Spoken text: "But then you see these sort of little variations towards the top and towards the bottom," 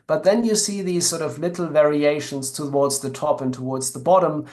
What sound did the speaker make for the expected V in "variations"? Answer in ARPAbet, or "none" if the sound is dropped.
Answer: V